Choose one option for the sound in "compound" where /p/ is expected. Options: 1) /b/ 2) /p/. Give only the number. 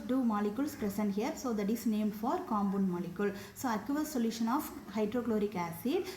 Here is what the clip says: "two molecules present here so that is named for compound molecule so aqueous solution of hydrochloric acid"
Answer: 1